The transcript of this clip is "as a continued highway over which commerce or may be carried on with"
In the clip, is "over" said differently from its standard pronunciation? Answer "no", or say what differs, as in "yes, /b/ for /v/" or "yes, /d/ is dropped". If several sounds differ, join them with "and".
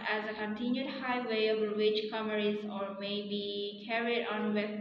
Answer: yes, /b/ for /v/